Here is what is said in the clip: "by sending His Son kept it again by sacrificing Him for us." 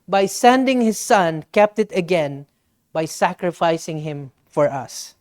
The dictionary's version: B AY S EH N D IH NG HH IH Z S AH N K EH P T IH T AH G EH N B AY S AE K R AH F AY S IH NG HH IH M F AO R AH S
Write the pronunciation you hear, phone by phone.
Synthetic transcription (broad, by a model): B AY S EH N D IH NG HH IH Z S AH N K EH P T IH T AH G EH N B AY S AE K R AH F AY S IH NG HH IH M F AO R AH S